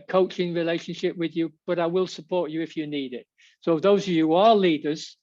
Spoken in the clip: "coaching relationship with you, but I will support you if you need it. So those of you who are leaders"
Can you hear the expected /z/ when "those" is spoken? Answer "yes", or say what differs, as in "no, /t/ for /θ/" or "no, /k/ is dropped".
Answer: yes